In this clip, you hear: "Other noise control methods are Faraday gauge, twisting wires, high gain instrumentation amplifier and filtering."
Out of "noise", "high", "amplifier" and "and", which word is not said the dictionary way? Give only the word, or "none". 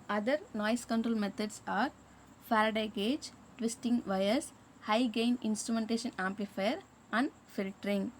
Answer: noise